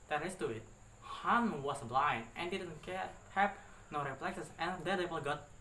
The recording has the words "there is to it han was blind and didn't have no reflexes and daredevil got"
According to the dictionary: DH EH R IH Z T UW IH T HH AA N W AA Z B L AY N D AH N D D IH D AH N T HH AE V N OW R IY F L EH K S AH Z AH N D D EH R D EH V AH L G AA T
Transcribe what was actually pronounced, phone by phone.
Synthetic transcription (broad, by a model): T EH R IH S T UW IH T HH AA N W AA S B L AY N AH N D D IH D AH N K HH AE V N OW R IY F L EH K S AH S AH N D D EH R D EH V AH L G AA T